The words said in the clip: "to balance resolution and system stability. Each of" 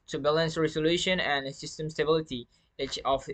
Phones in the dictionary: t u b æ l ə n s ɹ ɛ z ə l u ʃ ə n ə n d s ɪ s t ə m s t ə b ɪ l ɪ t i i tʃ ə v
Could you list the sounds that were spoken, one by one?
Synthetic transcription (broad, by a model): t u b æ l ə n s ɹ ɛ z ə l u ʃ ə n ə n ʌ s ɪ s t ə m s t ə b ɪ l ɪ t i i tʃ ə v